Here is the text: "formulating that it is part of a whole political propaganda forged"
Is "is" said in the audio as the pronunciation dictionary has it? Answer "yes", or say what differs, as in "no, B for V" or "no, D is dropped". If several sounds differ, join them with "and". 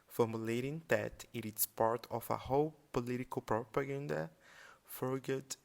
no, S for Z